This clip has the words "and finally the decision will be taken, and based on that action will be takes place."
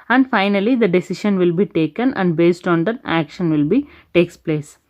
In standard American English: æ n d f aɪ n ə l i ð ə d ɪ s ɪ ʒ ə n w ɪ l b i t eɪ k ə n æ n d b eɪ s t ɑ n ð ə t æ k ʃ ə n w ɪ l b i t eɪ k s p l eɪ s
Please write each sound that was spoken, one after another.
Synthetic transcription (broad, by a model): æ n d f aɪ n ə l i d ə d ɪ s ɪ ʃ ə n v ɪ l b i t eɪ k ə n æ n d b eɪ s t ɑ n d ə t æ k ʃ ə n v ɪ l b i t eɪ k s p l eɪ s